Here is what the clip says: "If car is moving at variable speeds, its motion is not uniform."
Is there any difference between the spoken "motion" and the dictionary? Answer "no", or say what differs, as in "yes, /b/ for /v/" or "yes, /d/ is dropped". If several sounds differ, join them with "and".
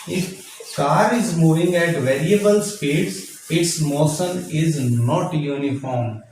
yes, /s/ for /ʃ/